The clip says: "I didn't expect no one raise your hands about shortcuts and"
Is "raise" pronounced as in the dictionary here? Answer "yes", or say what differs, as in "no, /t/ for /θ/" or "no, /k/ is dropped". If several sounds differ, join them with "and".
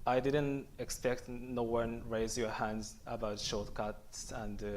yes